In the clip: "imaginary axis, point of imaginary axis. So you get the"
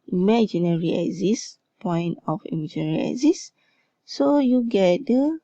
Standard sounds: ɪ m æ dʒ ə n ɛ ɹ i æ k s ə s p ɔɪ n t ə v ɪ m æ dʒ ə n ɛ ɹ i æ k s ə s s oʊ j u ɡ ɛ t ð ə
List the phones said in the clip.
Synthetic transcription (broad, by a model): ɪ m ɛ dʒ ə n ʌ ɹ i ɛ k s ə s p ɔɪ n t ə f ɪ m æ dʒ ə n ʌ ɹ i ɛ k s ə s s oʊ j u ɡ ɛ t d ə